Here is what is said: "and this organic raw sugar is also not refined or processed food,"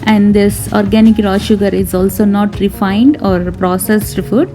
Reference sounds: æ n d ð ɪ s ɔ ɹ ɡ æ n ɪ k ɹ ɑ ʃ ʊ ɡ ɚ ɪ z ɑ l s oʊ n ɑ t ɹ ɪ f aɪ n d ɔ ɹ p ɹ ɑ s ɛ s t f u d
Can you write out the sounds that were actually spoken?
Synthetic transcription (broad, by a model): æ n d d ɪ s ɔ ɹ ɡ æ n ɪ k ɹ ɑ ʃ ʊ ɡ ɚ ɪ z ɑ l s oʊ n ɑ t ɹ ɪ f aɪ n d ɔ ɹ p ɹ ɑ s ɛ s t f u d